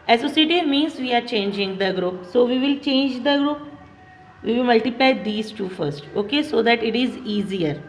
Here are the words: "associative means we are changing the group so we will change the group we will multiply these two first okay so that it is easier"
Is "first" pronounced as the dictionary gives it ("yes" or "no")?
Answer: yes